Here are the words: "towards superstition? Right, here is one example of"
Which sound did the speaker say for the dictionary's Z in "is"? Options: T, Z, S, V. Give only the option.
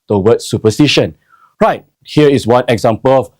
S